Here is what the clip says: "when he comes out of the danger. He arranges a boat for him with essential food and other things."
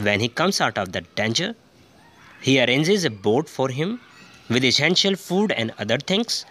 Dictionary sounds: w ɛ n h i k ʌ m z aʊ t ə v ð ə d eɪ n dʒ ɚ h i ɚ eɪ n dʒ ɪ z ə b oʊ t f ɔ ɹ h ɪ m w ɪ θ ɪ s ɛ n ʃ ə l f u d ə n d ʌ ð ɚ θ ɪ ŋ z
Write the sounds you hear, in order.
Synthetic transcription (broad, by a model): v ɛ n h i k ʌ m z aʊ t ə v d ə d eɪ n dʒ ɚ h i ɚ eɪ n dʒ ɪ z ə b oʊ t f ɔ ɹ h ɪ m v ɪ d ɪ s ɛ n ʃ ə l f u d ə n d ʌ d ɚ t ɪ ŋ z